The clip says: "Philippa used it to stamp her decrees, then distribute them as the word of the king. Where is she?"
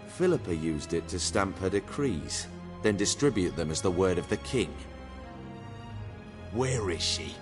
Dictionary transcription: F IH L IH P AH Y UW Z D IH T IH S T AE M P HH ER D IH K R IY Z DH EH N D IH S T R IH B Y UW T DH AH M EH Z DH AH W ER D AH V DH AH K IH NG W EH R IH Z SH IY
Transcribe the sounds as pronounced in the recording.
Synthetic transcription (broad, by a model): F IH L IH P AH Y UW Z D IH T IH S T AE M P HH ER D IH K R IY Z DH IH N D IH S T R IH B Y UW T DH AH M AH Z DH AH W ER D AH V DH AH K IH NG W EH R IH Z SH IY